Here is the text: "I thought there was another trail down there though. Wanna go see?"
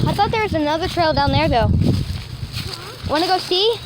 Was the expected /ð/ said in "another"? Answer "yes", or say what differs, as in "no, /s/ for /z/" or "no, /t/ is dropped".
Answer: yes